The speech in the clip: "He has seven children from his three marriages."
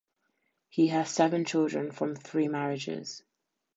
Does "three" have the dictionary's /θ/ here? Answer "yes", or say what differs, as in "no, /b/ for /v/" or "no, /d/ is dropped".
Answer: yes